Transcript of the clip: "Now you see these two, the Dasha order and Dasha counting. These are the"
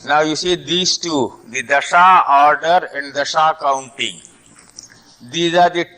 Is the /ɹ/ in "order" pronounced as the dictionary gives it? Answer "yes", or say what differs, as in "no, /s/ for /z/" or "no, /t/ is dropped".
yes